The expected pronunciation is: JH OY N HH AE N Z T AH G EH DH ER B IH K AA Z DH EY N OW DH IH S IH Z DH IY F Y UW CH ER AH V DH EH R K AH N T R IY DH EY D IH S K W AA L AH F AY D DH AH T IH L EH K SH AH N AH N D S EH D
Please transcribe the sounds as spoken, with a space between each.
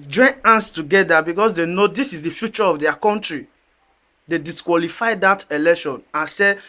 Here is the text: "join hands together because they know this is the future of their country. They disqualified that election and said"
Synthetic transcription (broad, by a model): JH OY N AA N S T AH G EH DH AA B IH K AA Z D EY N OW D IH S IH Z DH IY F Y UW CH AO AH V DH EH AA K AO N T R IY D EY D IH S K W AA L AH F AY D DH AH T IH L EH K SH AH N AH N S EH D